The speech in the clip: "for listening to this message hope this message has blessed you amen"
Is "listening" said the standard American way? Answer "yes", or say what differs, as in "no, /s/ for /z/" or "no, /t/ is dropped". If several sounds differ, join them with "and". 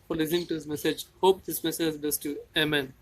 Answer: no, /n/ is dropped